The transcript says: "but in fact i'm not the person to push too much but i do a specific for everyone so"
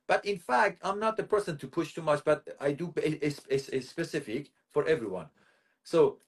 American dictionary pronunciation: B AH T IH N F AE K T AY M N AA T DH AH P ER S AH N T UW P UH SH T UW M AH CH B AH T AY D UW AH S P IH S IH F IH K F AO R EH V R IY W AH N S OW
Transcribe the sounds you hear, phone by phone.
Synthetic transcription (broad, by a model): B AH T IH N F AE K T AY M N AA T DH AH P ER S AH N T UW P UH SH T UW M AH CH B AH T AY D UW AH S P IH S IH F IH K F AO R EH V R IY W AH N S OW